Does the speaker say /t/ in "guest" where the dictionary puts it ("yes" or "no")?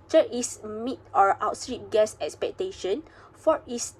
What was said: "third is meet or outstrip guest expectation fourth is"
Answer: no